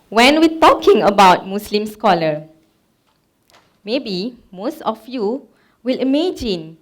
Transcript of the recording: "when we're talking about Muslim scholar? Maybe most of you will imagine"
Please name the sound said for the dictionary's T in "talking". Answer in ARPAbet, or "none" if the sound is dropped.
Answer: T